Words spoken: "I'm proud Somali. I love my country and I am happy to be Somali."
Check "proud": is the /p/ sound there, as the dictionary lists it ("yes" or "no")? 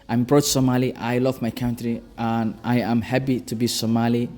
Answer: no